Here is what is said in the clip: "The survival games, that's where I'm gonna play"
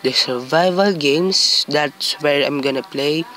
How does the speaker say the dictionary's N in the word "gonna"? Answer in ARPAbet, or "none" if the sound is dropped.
N